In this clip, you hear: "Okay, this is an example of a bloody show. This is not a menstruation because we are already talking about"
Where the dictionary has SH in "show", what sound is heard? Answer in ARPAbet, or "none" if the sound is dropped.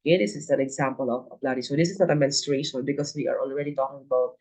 S